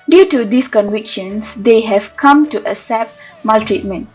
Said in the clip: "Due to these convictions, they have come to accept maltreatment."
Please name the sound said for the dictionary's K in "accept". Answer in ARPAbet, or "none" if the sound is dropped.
none